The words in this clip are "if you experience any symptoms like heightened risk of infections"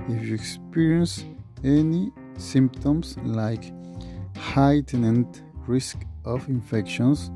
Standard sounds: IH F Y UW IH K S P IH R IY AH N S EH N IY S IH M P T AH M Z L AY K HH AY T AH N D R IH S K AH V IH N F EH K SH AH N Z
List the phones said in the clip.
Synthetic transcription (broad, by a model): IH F Y UW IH K S P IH R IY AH N S EH N IY S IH M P T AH M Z L AY K HH AY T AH N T R IH S K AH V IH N F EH K SH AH N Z